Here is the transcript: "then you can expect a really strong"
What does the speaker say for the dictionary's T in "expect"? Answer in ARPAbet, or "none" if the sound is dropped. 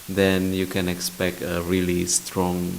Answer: T